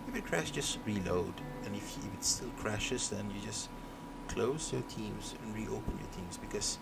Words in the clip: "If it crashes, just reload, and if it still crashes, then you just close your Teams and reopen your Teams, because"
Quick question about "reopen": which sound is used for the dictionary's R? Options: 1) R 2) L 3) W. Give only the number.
1